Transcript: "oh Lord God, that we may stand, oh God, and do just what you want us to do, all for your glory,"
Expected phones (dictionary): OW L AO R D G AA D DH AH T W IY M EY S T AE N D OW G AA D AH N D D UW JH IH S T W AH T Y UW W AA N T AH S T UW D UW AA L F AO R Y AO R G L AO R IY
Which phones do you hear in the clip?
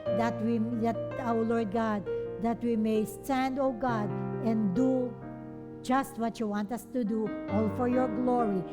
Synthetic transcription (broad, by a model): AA L AO R D G AA D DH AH T W IY M EY S T AE N D OW G AA D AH N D D UW JH IH S T W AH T Y UW W AA N T AH S T UW D UW AA L F AO R Y AO R G L AO R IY